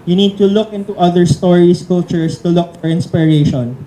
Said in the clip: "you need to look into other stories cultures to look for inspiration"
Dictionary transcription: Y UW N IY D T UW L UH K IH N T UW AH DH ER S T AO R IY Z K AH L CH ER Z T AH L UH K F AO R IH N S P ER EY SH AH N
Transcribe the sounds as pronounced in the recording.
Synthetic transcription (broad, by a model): Y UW N IY D T UW L UH K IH N T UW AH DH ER S T AO R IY S K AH L CH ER S T AH L UH K F AO R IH N S P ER EY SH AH N